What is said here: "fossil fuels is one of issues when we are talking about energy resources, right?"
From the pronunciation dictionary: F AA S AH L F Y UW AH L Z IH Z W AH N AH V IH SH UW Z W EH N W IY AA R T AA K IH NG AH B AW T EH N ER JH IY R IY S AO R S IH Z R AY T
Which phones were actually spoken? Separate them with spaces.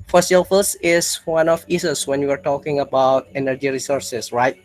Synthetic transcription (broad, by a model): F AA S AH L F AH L S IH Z W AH N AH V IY S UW S W EH N W IY AA R T AA K IH NG AH B AW T EH N ER JH IY R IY S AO R S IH S R AY T